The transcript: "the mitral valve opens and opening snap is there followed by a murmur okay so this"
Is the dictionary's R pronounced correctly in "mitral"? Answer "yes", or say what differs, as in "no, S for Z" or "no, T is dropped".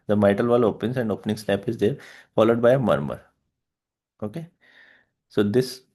no, R is dropped